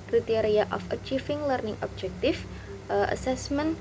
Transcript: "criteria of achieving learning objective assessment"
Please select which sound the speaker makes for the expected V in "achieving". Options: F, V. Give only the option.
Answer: F